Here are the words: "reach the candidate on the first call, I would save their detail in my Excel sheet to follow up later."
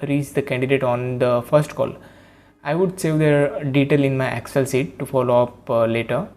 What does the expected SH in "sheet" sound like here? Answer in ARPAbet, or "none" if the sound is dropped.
S